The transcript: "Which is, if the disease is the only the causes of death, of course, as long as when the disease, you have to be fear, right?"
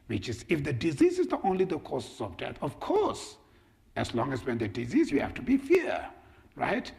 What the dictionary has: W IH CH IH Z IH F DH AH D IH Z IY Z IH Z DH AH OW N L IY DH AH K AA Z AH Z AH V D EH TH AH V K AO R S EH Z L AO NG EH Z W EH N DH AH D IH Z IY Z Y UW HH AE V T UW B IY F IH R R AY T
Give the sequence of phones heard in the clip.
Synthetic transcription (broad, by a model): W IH CH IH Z IH F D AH D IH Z IY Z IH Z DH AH OW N L IY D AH K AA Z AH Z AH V D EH T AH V K AO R S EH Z L AO NG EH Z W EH N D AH D IH Z IY Z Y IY HH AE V T UW B IY F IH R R AY T